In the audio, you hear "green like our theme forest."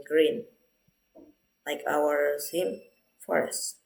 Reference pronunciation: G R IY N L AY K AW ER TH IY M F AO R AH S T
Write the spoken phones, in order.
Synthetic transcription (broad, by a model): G R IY N L AY K AW ER S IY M F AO R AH S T